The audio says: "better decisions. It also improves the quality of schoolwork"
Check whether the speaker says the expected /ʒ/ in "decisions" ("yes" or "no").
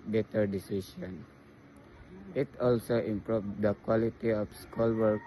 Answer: no